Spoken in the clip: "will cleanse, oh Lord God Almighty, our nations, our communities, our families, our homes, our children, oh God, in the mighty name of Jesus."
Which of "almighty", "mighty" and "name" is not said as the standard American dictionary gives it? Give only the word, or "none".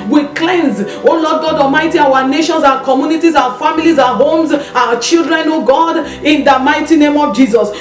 almighty